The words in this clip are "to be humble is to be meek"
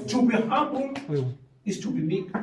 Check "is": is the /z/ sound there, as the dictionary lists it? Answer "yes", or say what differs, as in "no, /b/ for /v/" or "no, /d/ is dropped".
no, /s/ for /z/